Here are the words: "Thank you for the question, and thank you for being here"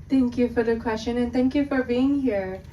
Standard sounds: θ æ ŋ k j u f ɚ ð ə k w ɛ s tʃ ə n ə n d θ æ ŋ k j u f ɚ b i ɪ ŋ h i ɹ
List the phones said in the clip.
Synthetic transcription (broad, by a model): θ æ ŋ k j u f ɚ ð ə k w ɛ s tʃ ə n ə n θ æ ŋ k j u f ɚ b i ɪ ŋ h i ɹ